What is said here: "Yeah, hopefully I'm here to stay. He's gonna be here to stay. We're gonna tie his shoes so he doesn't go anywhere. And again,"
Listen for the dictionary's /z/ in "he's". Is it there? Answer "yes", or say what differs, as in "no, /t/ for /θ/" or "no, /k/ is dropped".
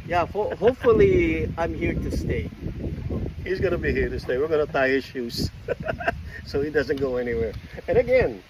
yes